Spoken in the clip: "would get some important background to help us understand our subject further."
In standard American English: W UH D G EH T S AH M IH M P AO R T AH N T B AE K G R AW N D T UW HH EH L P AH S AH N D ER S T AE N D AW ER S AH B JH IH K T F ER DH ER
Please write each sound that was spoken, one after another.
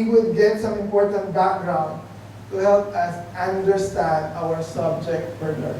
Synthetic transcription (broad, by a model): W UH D G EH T S AH M IH M P AO R T AH N T B AE K G R AW N D T UW HH EH L P AH S AH N D ER S T AE N D AW ER S AH B JH IH K T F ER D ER